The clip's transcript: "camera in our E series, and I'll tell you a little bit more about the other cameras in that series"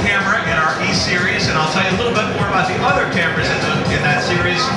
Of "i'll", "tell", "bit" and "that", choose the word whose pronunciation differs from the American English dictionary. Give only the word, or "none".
none